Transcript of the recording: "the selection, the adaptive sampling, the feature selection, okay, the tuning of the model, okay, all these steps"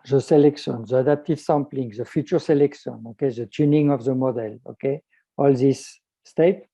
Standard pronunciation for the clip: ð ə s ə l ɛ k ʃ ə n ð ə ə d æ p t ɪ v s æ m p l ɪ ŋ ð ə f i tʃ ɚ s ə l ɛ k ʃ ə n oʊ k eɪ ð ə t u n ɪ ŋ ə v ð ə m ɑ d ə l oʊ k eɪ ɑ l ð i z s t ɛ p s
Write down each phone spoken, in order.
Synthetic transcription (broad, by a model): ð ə s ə l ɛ k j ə n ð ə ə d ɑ p t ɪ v s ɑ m p l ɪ ŋ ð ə f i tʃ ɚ s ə l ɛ k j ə n oʊ k eɪ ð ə t u n ɪ ŋ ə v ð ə m ɑ d ə l oʊ k eɪ ɑ l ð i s t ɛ p